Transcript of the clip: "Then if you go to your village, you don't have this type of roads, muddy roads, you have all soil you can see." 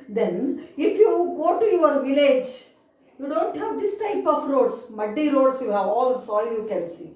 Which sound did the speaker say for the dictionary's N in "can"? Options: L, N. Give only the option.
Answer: L